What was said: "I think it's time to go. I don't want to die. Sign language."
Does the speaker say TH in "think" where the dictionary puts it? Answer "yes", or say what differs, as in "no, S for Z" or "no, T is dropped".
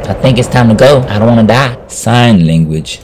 yes